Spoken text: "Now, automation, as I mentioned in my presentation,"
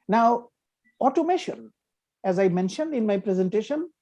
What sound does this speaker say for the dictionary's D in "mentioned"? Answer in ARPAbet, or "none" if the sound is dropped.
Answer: D